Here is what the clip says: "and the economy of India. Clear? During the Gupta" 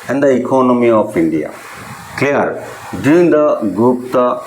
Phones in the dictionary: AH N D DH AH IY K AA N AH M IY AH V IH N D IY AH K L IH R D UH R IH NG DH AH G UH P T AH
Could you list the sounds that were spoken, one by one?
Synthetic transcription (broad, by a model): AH N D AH IY K AA N AH M IY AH P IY N D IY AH K L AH R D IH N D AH G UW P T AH